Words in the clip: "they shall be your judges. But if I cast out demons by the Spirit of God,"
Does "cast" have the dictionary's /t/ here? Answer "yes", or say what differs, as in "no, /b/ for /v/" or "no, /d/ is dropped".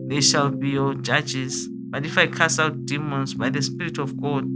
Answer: no, /t/ is dropped